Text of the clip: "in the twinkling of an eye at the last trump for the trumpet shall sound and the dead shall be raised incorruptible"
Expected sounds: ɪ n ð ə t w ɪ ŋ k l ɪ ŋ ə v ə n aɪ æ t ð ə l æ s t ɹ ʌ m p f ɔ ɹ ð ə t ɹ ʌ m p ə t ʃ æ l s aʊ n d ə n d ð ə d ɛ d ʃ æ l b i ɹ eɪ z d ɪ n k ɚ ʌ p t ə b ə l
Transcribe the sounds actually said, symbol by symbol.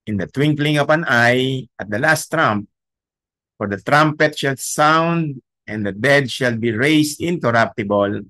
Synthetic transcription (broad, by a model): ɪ n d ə t w ɪ ŋ k l ɪ ŋ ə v ə n aɪ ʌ t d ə l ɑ s t ɹ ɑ m p f ɔ ɹ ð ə t ɹ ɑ m p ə t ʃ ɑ l s aʊ n d ə n d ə d ɛ d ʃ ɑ l b i ɹ eɪ s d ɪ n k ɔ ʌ p t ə b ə l